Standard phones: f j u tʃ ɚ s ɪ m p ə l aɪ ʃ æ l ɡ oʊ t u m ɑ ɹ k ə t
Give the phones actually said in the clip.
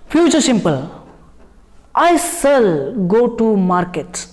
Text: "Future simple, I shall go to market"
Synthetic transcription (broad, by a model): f j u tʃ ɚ s ɪ m p ə l aɪ s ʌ l ɡ oʊ t u m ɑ ɹ k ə t